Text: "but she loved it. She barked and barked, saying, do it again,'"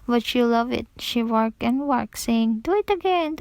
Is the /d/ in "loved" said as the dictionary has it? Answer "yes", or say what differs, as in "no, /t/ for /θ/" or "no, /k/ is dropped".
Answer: no, /d/ is dropped